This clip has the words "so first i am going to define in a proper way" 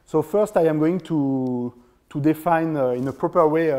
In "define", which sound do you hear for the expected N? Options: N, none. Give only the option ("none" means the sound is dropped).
N